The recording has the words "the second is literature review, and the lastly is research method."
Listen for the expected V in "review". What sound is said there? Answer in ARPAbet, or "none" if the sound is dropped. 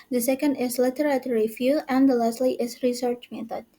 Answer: F